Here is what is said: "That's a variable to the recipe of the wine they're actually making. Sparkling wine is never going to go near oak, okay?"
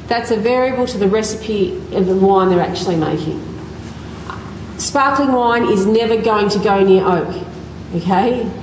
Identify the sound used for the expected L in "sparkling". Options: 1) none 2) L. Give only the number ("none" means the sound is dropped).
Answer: 2